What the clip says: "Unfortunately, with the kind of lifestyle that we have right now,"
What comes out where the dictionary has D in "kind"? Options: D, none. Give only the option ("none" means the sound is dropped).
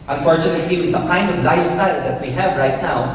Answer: D